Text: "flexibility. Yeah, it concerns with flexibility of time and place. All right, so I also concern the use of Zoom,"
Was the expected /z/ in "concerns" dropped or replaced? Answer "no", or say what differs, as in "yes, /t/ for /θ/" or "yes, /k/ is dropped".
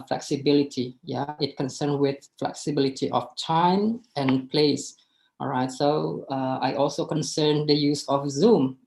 yes, /z/ is dropped